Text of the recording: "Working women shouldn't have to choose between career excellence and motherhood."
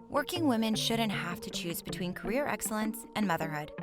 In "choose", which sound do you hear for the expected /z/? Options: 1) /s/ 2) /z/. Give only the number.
2